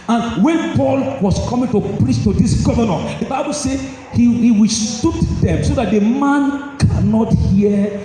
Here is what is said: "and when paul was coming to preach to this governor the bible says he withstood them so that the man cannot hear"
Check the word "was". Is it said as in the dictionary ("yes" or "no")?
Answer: no